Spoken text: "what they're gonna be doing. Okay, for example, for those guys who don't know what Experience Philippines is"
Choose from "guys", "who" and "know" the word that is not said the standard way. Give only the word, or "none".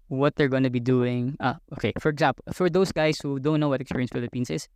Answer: guys